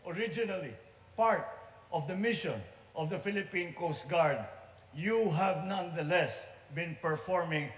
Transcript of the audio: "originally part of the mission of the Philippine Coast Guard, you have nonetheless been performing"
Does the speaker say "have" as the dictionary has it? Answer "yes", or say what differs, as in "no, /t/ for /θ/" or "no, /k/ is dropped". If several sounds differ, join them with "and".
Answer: yes